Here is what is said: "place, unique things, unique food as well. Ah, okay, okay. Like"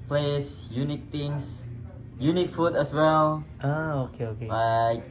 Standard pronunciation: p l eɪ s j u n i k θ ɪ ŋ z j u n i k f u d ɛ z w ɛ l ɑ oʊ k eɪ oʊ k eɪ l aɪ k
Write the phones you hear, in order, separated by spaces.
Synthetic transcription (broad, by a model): p l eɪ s j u n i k t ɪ ŋ s j u n i k f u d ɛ s w ɛ l ɑ oʊ k eɪ oʊ k eɪ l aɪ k